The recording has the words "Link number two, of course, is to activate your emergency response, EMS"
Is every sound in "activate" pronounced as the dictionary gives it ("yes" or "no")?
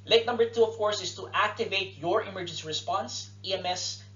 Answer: yes